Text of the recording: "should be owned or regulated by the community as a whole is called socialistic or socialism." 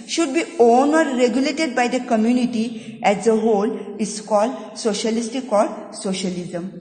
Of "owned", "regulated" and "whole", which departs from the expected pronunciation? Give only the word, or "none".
owned